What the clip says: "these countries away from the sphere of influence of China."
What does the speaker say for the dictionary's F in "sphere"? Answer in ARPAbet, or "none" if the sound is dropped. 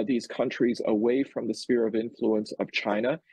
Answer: F